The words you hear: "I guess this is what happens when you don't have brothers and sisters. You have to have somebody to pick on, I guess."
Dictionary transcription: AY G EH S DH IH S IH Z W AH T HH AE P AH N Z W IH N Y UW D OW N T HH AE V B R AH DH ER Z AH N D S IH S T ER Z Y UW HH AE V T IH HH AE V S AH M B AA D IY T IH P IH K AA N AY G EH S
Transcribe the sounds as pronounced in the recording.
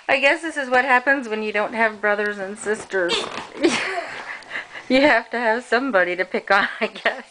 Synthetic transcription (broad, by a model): AY G EH S DH IH S IH Z W AH T HH AE P AH N Z W IH N Y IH D OW N T HH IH V B R AH DH ER Z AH N S IH S T ER Z Y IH HH AE F T IH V S AH M B AA D IY T IH P IH K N AY G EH S